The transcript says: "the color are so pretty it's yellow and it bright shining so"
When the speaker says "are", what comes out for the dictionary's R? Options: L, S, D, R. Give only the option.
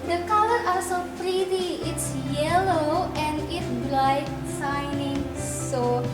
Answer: L